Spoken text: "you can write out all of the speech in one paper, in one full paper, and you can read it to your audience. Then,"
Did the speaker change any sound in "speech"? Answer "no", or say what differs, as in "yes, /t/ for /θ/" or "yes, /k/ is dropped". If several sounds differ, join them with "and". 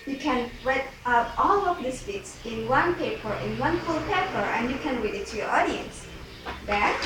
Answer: yes, /s/ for /tʃ/